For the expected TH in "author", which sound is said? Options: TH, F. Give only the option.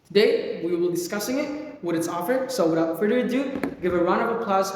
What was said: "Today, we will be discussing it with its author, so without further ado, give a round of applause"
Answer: F